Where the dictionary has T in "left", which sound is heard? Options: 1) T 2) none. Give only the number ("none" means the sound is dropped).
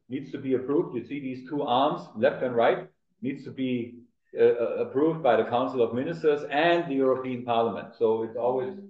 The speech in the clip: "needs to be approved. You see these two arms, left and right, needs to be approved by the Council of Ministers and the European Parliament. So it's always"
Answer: 1